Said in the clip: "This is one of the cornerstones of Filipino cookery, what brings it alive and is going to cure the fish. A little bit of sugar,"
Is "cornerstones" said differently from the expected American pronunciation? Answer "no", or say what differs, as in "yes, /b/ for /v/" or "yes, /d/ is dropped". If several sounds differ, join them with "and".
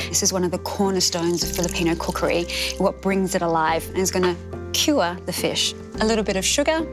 no